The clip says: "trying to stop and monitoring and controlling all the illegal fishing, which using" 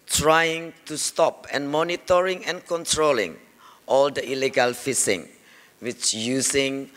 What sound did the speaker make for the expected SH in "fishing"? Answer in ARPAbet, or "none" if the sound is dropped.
S